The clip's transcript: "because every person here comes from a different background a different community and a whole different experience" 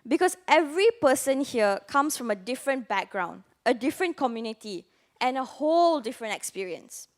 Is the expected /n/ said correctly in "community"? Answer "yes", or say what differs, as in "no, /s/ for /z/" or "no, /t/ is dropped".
yes